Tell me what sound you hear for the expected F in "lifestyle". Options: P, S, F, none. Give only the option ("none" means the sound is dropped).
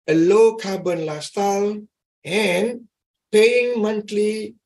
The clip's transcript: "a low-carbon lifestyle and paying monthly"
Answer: none